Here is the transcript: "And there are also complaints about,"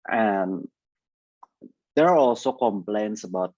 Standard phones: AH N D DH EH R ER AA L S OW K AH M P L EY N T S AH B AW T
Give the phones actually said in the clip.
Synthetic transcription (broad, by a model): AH N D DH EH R AA L S OW K AH M P L EY N T S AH B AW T